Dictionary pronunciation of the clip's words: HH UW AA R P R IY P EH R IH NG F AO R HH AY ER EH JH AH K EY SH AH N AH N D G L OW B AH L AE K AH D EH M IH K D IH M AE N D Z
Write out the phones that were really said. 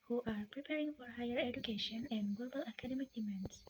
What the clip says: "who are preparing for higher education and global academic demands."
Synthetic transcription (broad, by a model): HH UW AA R P R IY P EH R IH NG F AO R HH AY ER EH JH AH K EY SH AH N AH N D G L OW B AH L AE K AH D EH M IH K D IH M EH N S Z